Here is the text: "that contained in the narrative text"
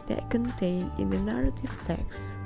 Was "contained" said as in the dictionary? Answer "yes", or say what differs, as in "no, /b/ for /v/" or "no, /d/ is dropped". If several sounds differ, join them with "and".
no, /d/ is dropped